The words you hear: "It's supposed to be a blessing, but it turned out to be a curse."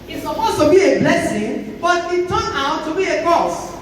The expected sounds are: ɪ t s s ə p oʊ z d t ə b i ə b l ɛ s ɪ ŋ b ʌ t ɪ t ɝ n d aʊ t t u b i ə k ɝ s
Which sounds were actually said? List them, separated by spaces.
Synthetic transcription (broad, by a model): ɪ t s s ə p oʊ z t ə b i ə b l ɛ s ɪ ŋ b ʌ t ɪ t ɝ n aʊ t t u b i ə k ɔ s